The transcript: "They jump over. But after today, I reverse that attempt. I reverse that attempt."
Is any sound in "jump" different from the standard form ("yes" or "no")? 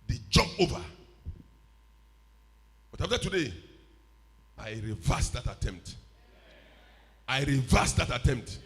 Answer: yes